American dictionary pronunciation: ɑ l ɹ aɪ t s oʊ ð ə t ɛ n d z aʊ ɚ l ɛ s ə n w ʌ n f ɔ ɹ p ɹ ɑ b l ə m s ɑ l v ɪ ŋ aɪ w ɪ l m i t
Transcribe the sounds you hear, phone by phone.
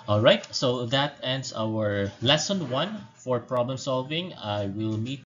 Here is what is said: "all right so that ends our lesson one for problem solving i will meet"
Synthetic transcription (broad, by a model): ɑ l ɹ aɪ t s oʊ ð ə t ɛ n d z aʊ ɚ l ɛ s ə n w ʌ n f ɔ ɹ p ɹ ɑ b l ə m s ɑ l v ɪ ŋ aɪ w ɪ l m i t